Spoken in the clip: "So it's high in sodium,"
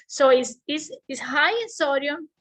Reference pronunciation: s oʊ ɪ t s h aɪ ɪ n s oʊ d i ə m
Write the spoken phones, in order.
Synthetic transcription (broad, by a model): s oʊ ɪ s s h aɪ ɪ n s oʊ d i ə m